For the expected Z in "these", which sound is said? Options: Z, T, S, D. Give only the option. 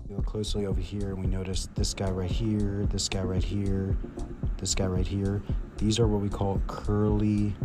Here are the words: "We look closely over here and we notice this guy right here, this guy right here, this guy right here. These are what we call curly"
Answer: Z